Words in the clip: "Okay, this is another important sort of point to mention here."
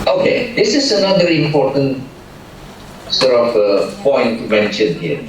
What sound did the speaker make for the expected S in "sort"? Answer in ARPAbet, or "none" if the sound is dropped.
S